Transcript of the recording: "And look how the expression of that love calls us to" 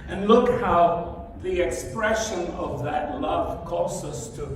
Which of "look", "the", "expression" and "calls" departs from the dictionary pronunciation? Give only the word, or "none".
calls